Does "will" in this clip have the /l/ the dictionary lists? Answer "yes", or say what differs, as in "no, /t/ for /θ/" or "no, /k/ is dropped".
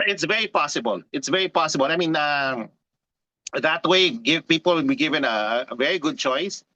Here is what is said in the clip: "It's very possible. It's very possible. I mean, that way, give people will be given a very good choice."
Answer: no, /n/ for /l/